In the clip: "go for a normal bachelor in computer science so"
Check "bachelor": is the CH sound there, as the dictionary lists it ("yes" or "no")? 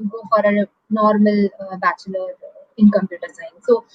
yes